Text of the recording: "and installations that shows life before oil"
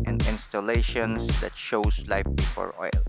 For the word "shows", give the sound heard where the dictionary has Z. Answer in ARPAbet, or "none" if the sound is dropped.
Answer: S